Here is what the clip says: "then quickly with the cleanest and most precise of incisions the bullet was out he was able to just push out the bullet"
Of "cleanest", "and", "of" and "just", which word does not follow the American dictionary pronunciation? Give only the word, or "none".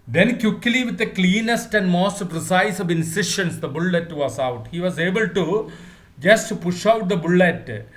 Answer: none